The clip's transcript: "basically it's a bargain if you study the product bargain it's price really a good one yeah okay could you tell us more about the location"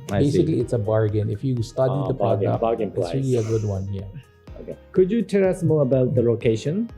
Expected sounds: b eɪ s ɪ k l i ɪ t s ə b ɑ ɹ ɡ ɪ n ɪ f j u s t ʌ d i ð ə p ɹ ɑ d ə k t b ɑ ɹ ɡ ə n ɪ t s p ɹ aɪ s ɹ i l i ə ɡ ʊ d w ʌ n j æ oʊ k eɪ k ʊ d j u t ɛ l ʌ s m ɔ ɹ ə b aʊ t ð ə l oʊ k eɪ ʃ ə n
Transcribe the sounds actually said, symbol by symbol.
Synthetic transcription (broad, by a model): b eɪ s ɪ k l i ɪ t s ə b ɑ ɹ ɡ ɪ n ɪ f j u s t ʌ d i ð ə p ɑ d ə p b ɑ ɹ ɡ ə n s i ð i i ə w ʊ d w ʌ n j æ oʊ k eɪ k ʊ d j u t ɛ l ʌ s m ɔ ɹ ə b aʊ t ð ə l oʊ k eɪ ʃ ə n